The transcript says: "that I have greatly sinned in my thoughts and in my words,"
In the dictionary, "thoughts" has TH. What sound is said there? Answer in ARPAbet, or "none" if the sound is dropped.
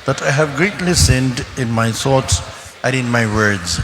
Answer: S